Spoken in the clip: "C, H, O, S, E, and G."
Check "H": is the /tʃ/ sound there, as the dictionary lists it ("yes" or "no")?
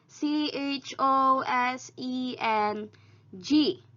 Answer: yes